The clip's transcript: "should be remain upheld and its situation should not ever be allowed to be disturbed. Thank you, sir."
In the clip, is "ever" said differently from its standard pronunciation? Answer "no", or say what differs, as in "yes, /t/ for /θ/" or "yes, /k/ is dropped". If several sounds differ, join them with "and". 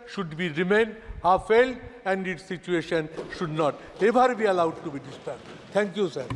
yes, /b/ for /v/